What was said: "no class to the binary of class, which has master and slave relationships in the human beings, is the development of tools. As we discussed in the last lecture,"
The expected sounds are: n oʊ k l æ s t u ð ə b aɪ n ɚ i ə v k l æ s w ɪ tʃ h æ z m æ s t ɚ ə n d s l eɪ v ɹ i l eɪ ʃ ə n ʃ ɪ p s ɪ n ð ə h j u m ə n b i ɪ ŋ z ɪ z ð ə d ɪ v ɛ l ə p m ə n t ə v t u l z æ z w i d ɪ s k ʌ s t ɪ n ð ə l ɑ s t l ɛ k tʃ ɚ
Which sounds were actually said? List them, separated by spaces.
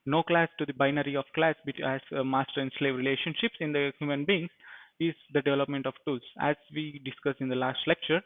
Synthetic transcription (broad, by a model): n oʊ k l æ s t u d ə b aɪ n ɚ i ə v k l æ s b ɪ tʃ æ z m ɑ s t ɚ ə n d s l eɪ v ɹ i l eɪ ʃ ə n ʃ ɪ p s ɪ n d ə h j u m ə n b i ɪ ŋ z ɪ z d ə d ɪ v ɛ l ə p m ə n t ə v t u l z æ z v i d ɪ s k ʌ s ɪ n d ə l ɑ s t l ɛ k tʃ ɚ